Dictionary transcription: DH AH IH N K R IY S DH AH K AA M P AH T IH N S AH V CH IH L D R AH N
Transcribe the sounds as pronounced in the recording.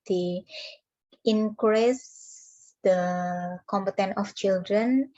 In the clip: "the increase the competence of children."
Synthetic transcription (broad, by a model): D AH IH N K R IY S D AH K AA M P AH T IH N AH F CH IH L D R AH N